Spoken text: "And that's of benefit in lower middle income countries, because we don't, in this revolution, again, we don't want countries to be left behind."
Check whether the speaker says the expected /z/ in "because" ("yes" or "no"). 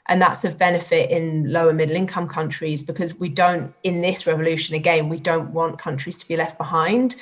yes